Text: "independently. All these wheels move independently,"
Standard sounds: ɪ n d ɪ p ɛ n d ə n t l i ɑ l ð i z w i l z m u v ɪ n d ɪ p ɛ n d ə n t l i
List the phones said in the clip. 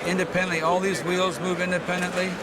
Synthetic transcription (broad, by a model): ɪ n d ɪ p ɛ n d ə n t l i ɑ l ð i z w i l z m u v ɪ n d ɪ p ɛ n d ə n t l i